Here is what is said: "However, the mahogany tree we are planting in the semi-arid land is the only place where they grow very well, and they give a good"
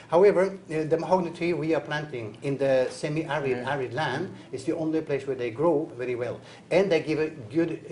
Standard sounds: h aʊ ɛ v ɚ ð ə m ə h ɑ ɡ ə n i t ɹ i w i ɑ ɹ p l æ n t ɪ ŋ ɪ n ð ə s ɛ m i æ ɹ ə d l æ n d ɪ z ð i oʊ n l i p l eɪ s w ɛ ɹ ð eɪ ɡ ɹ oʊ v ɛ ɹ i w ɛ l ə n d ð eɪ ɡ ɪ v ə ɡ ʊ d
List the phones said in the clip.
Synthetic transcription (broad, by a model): h aʊ ɛ v ɚ ð ə m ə h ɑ ɡ n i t i w i ɑ ɹ p l æ n t ɪ ŋ ɪ n ð ə s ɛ m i æ ɹ ə d l æ n d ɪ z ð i oʊ n l i p l eɪ s w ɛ ɹ ð eɪ ɡ ɹ oʊ v ɛ ɹ i w ɛ l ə n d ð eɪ ɡ ɪ v ə ɡ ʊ d